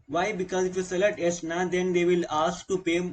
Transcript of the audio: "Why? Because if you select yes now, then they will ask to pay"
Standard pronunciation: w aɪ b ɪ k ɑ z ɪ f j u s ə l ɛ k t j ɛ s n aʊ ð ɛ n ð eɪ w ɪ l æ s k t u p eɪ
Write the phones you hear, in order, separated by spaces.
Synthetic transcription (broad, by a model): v aɪ b ɪ k ɑ z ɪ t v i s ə l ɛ t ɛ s n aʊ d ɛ n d eɪ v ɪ l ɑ s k t u p eɪ